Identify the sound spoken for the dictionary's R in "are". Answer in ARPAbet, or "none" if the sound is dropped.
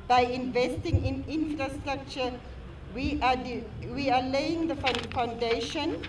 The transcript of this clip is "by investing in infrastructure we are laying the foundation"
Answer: W